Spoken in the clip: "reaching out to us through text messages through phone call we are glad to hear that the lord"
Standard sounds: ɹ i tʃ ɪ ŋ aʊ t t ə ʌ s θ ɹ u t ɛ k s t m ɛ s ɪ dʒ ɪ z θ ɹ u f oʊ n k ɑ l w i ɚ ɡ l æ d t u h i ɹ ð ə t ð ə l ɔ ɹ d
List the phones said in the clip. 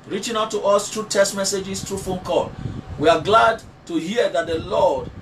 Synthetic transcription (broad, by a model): ɹ i tʃ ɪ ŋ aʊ t t ə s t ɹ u t ɛ s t m ɛ s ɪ dʒ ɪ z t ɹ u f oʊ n k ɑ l w i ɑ ɡ l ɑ d t u h i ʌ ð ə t ð ə l ɔ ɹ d